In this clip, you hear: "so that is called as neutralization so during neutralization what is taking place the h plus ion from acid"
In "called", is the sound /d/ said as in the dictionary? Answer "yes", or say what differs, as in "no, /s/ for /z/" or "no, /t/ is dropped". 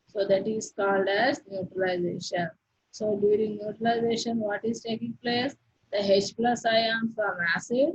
yes